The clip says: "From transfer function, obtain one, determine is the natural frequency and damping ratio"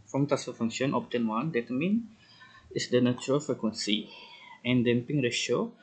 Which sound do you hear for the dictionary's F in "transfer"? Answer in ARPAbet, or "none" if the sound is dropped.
none